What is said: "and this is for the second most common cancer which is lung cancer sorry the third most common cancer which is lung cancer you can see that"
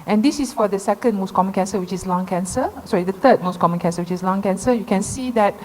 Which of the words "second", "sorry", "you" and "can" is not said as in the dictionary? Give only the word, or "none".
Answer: sorry